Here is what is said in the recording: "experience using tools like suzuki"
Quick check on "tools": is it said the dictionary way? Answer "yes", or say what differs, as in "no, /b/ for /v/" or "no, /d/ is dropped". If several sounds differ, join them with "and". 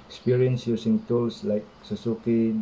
no, /s/ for /z/